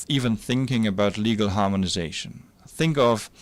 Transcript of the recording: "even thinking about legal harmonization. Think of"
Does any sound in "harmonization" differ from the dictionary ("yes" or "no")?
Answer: no